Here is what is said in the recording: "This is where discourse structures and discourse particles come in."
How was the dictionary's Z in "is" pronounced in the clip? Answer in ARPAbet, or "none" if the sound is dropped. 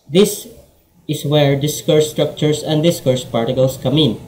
S